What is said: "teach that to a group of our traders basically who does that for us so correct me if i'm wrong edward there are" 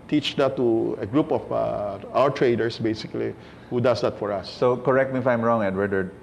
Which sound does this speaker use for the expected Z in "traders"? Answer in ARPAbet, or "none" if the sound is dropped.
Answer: S